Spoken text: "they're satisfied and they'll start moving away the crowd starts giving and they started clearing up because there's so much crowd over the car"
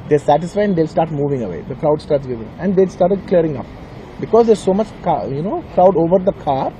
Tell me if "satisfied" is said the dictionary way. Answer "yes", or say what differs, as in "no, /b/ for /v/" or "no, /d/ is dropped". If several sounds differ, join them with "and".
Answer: no, /d/ is dropped